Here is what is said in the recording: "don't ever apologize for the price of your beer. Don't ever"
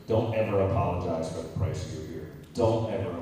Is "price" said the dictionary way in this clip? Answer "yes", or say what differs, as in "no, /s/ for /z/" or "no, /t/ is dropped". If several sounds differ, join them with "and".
no, /s/ is dropped